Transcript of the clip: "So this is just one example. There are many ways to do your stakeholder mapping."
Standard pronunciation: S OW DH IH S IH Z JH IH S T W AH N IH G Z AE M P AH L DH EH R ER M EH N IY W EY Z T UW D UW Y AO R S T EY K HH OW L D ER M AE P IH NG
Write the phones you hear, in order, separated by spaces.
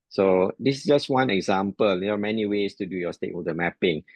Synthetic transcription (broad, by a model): S OW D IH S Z JH IH S T W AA N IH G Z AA M P AH L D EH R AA M EH N IY W EY S T UW D UW Y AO S T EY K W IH D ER M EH P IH NG